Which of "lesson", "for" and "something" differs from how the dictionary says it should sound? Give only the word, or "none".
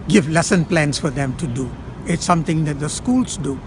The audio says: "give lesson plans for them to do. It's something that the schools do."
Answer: something